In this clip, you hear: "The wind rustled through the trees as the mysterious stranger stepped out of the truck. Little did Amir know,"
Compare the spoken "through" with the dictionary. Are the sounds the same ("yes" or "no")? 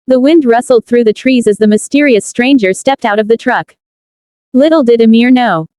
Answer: yes